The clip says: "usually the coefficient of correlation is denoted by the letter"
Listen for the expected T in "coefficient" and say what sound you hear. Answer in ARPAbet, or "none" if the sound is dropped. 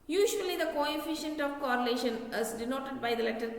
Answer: T